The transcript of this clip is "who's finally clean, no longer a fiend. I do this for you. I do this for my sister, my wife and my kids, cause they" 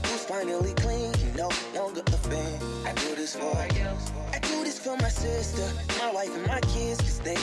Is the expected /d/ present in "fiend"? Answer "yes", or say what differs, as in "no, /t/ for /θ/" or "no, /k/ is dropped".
no, /d/ is dropped